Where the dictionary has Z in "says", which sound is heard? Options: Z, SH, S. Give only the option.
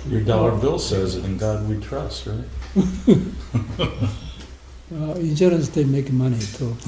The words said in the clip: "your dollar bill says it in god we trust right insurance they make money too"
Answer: Z